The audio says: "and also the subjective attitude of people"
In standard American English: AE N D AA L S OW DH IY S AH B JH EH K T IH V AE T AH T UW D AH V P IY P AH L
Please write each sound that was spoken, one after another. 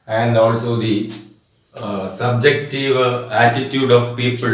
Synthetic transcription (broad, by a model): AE N D AA L S OW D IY S AH B JH EH K T IH V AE T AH T UW D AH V P IY P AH L